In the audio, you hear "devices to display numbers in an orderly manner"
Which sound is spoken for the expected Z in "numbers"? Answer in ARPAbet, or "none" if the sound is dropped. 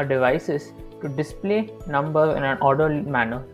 none